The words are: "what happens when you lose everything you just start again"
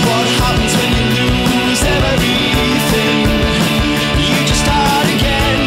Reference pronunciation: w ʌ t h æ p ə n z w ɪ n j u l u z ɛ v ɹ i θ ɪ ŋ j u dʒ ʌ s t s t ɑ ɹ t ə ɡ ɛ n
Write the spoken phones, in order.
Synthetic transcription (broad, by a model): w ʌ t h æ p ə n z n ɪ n j u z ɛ ɛ v ɹ i θ ɪ ŋ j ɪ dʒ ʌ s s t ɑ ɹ t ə ɡ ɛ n